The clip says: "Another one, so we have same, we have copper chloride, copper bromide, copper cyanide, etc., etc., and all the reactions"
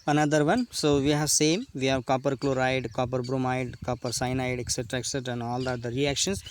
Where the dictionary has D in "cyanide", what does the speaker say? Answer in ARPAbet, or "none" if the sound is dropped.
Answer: D